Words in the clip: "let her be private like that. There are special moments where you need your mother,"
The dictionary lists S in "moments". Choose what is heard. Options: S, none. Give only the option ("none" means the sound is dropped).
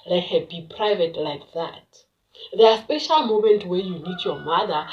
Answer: none